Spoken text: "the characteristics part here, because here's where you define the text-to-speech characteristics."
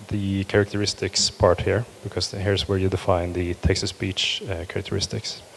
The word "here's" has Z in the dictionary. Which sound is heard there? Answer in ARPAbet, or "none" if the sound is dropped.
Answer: S